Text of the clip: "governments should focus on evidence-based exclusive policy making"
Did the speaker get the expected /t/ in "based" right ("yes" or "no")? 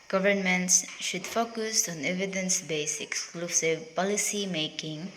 no